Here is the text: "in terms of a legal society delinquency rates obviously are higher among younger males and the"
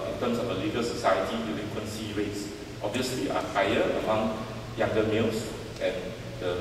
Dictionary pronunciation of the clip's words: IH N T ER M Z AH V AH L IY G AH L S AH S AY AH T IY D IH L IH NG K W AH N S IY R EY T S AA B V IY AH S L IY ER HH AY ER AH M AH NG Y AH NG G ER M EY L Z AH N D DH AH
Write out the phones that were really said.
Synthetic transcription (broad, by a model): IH N T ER M S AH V AH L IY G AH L S AH S AY AH T IY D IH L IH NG K W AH N S IY R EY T S AA B V IY AH S L IY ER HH AY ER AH M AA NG Y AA NG G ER M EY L S AH N D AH